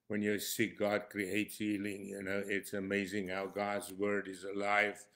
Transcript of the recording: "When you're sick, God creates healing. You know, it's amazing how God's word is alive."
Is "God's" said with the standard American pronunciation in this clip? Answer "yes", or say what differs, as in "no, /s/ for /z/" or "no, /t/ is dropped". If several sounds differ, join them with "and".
yes